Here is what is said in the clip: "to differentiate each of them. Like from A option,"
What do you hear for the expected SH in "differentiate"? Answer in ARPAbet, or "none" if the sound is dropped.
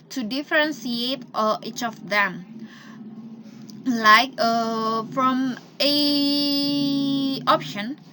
S